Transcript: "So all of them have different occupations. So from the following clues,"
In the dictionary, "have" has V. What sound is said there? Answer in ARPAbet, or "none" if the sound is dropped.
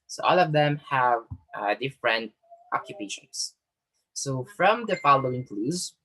V